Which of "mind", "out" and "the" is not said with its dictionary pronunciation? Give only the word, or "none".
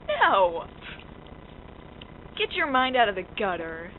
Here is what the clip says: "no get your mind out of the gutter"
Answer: none